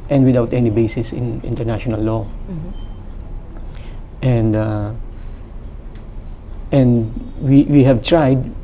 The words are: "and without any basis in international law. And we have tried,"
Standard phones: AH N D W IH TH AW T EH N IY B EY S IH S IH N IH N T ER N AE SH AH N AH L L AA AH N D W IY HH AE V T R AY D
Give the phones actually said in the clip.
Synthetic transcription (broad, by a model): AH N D W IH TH AW T EH N IY B EY S IH S IH N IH N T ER N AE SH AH N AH L N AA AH N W W IY HH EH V T R AY D